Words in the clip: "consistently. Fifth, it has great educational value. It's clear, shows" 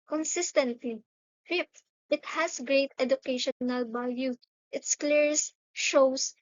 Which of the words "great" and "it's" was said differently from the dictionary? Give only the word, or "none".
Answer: none